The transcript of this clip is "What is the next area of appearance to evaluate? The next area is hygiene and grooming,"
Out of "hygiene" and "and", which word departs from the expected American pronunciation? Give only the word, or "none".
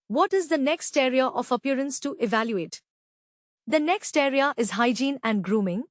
none